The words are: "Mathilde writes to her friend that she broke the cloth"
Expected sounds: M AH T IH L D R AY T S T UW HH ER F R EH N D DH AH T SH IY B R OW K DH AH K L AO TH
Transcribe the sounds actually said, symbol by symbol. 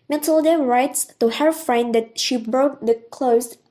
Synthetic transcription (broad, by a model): M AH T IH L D R AY T S T UW HH ER F R EH N D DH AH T SH IY B R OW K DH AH K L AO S